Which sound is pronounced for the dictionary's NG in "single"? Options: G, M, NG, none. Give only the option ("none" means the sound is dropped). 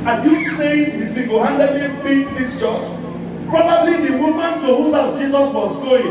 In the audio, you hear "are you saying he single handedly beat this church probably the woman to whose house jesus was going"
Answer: none